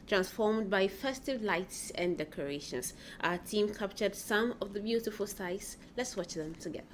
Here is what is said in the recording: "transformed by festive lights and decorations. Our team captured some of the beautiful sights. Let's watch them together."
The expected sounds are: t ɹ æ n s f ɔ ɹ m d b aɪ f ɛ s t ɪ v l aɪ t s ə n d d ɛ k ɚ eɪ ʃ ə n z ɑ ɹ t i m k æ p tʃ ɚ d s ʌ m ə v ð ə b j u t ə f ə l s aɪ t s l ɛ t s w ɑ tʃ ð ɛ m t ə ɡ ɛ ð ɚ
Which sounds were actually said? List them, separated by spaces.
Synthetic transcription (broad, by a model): t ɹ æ n s f ɔ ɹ m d b aɪ f ɛ s t ɪ v l aɪ t s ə n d d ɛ k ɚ eɪ ʃ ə n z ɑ t i m k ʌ p tʃ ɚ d s ʌ m ə v ð ə b j u t ə f ə l s aɪ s l ɛ t s w ɑ tʃ ð ɛ m t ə ɡ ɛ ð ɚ